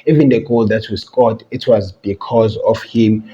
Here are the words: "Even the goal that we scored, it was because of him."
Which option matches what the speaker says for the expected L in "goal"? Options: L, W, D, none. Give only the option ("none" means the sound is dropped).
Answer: L